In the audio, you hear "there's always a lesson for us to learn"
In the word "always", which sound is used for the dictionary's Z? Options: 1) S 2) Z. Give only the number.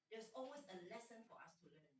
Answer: 1